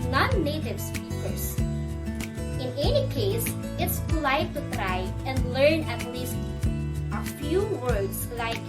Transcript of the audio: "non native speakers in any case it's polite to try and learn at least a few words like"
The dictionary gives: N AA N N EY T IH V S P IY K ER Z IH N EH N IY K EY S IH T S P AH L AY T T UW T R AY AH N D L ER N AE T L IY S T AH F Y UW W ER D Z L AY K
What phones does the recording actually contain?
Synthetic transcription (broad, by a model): N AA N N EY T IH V S P IY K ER S IH N EH N IY K EY S IH T S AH L AY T T UW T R AY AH N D L ER N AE T L IY S T AH F Y UW W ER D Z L AY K